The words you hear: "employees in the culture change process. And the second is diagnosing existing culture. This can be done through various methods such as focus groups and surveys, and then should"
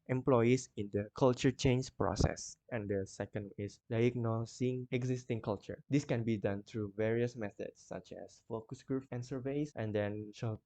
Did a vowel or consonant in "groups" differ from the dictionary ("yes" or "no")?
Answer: yes